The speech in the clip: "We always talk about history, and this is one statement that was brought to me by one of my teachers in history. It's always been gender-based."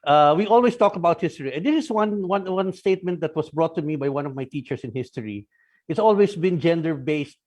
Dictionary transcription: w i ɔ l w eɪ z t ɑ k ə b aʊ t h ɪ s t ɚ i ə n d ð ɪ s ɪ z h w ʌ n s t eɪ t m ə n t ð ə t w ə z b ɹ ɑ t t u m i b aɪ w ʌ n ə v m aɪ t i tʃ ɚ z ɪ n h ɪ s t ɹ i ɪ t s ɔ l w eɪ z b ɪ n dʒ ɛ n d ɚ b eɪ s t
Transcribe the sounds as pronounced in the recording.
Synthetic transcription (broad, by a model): w i ɔ l w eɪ s t ɑ k ə b aʊ t h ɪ s t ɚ i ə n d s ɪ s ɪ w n w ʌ n s t eɪ t m ə n t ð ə t w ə s b ɹ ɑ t t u m i b aɪ w ʌ n ə v m aɪ t i tʃ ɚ s ɪ n h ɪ s t ɹ i ɪ t s ɔ l w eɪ s b ɪ n dʒ ɛ n d ɚ b eɪ s t